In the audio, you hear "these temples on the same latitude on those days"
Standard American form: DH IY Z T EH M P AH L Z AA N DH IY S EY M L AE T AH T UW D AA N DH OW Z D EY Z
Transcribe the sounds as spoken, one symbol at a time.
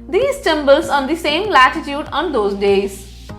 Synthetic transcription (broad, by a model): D IY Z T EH M B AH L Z AA N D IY S EY M L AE T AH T UW D AA N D OW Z D EY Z